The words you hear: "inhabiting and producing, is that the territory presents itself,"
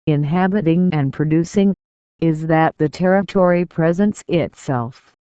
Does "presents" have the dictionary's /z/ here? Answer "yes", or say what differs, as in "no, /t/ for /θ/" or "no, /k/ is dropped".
yes